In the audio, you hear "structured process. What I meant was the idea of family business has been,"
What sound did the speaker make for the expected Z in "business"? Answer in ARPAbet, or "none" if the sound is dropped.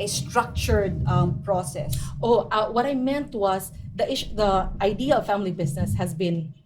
S